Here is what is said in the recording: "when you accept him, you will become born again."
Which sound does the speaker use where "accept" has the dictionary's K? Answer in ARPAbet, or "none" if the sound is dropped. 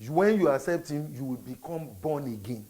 none